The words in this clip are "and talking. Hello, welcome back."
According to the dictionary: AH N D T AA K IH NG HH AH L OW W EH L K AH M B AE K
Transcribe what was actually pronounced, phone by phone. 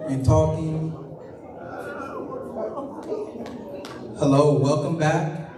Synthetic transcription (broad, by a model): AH T AA K IH NG HH AH L OW W EH L K AH M B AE K